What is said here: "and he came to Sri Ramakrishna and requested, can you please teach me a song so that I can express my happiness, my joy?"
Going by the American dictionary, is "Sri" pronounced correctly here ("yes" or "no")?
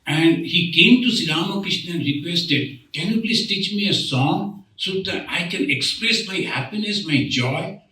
no